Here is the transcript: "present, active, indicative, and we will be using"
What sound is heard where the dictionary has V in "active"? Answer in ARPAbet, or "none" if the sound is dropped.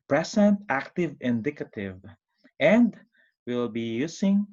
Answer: V